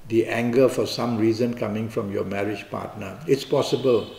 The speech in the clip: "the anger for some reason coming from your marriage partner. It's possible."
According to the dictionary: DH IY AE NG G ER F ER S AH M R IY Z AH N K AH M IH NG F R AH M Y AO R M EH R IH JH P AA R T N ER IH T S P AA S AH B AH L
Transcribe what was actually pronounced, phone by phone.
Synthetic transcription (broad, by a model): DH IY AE NG G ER F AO S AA M R IY Z AH N K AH M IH NG F R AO M Y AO M EH R IH JH P AA T N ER IH T S P AA S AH B AH L